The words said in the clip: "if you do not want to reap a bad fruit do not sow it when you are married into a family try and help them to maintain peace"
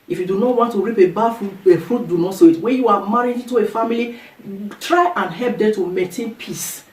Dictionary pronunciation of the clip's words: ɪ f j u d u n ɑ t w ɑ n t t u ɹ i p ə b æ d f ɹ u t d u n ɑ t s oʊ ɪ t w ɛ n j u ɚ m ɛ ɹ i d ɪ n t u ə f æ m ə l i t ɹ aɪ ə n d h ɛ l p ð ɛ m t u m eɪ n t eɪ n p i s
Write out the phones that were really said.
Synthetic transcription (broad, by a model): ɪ f j u d u n ɑ t w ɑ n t t u ɹ i p ə b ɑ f f ɹ u t d u n ɑ t s oʊ ɪ t w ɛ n j u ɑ m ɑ ɹ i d ɪ n t u ə f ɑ m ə l i t ɹ aɪ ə n h ɛ l p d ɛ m t u m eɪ t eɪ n p i s